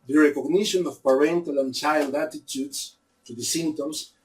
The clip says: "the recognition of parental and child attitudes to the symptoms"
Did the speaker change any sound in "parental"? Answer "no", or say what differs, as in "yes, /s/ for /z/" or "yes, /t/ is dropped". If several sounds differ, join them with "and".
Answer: no